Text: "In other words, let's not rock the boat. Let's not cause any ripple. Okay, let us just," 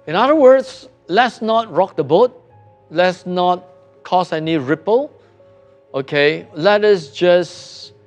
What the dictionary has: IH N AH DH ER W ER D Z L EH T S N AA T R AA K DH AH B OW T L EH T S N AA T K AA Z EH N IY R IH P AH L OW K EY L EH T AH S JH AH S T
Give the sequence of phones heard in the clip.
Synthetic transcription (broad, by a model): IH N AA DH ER W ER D S L EH T S N AA T R AA K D AH B OW T L EH T S N AA T K AA S EH N IY R IH P AH L OW K EY L EH T AH S JH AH S